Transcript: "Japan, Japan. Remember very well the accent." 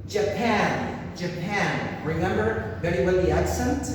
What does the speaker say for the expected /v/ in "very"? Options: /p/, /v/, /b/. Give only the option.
/b/